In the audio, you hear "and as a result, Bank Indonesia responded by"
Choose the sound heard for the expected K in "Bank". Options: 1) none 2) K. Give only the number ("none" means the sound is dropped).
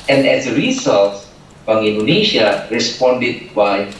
1